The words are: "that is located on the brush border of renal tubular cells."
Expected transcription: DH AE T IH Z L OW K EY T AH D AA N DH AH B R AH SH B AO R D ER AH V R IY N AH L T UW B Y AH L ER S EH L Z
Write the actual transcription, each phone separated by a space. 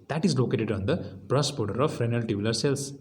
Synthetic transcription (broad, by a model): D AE T IH Z L OW K EY T AH D AA N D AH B R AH S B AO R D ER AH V R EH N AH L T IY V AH L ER S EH L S